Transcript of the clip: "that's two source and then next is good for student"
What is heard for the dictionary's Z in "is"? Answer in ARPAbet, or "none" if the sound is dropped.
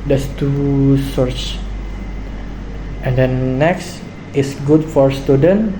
S